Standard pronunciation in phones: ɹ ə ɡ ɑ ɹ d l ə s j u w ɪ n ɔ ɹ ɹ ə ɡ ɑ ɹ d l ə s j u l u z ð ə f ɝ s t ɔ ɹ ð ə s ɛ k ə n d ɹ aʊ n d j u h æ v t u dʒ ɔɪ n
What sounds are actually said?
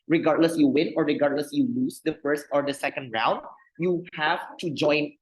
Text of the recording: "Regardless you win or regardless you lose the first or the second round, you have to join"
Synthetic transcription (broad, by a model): ɹ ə ɡ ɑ ɹ d l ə s j u w ɪ n ɔ ɹ ɹ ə ɡ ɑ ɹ d l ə s j u l u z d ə f ɝ s t ɔ ɹ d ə s ɛ k ə n d ɹ aʊ n d j u h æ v t u dʒ ɔɪ n